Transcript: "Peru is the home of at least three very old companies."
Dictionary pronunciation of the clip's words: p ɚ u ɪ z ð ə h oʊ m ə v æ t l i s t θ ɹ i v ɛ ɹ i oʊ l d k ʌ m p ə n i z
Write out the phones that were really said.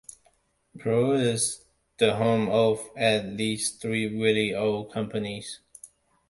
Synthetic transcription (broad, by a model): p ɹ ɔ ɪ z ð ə h oʊ m ə v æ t l i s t θ ɹ i w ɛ l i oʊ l k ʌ m p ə n i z